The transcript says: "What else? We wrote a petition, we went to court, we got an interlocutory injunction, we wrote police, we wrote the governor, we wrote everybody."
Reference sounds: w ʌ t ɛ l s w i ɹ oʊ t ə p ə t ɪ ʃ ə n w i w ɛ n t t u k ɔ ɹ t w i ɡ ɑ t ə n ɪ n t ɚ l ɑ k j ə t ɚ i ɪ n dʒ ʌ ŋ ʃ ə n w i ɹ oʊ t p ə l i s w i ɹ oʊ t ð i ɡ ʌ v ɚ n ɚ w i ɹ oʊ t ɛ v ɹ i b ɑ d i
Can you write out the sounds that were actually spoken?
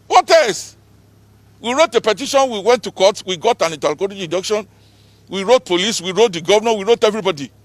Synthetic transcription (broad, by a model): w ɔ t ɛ s w i ɹ oʊ t ə p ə t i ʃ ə n w i w ɛ n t t u k ɔ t w i ɡ ɑ t ə n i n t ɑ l k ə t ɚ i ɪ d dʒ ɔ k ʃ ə n w i ɹ oʊ t p ə l i s w i ɹ oʊ t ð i ɡ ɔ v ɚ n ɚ w i ɹ oʊ t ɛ v ɹ i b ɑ d i